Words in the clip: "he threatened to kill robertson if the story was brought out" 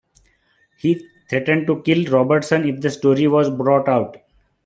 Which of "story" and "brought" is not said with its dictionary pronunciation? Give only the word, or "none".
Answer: none